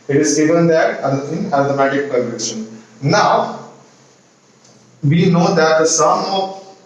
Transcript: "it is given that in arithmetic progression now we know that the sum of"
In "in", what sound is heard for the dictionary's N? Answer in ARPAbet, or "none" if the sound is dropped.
L